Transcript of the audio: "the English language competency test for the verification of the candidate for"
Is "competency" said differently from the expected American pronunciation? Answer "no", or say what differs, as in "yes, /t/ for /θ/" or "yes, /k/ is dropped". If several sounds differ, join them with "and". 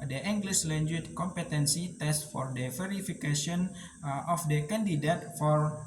no